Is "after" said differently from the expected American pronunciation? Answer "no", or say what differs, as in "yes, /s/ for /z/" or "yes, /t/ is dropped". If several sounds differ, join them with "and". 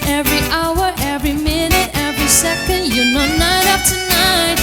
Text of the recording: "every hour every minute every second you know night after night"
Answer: yes, /p/ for /f/